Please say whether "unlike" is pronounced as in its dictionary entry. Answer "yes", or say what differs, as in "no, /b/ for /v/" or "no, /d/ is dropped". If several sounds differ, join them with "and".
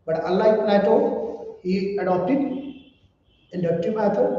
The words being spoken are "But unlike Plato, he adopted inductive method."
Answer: no, /n/ is dropped